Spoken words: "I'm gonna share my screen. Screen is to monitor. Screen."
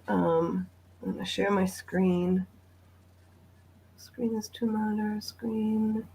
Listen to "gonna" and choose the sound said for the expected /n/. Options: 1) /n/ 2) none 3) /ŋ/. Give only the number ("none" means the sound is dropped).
2